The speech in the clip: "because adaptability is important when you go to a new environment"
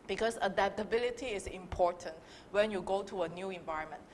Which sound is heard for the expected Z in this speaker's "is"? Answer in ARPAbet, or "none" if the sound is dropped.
S